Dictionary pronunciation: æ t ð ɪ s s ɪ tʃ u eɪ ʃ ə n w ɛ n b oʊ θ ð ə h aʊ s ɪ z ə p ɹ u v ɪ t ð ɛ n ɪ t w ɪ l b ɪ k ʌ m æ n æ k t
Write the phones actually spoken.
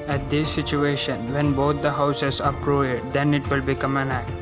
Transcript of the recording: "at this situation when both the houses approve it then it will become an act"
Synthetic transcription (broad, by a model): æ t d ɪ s s ɪ tʃ u eɪ ʃ ə n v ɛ n b oʊ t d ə h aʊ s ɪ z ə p ɹ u ɪ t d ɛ n ɪ t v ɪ l b ɪ k ʌ m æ n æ k t